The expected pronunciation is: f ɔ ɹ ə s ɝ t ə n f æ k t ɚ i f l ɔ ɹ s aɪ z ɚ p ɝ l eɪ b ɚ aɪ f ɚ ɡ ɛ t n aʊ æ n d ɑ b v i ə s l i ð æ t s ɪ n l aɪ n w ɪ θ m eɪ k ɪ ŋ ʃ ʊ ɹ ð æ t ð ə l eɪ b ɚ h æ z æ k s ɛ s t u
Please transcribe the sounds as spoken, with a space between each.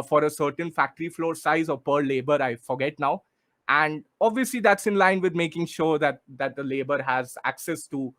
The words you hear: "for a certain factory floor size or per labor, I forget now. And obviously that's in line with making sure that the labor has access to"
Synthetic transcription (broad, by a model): f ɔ ɹ ə s ɝ t ə n f æ k t ɚ i f l ɔ ɹ s aɪ z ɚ p ɝ l eɪ b ɚ aɪ f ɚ ɡ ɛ t n aʊ æ n d ɑ b v i ə s l i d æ t s ɪ n l aɪ n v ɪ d m eɪ k ɪ ŋ ʃ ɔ ɹ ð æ t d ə l eɪ b ɚ h æ z æ k s ɛ s t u